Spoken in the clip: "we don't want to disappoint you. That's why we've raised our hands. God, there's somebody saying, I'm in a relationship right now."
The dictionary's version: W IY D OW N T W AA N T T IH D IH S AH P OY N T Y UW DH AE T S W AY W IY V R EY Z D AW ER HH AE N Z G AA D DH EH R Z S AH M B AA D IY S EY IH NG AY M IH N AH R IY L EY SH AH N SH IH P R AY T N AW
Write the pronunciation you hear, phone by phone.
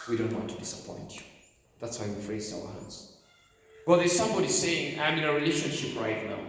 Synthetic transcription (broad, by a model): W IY D OW N T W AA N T T IH D IH S AH P OY N T DH AE T S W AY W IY F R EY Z AW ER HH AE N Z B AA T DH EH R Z S AH M B AA D IY S EY IH NG AY M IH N AH R IY L EY SH AH N SH IH P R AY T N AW